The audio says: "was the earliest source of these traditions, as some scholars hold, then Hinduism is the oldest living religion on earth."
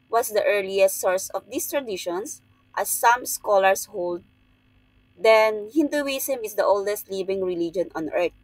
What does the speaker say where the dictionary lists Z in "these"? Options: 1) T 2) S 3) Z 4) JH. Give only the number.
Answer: 2